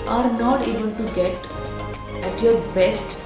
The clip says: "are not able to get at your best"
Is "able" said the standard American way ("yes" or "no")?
no